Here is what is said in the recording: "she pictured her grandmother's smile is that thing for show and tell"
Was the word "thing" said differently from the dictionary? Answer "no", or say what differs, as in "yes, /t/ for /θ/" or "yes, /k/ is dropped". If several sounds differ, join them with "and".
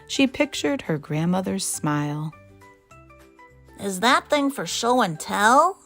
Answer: no